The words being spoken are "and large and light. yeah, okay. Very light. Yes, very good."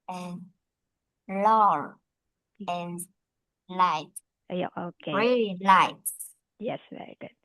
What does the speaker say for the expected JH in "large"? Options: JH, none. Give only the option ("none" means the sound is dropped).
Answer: none